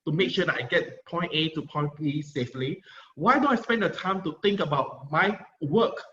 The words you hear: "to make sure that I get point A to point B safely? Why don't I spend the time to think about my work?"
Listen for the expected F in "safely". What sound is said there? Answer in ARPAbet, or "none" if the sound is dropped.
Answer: F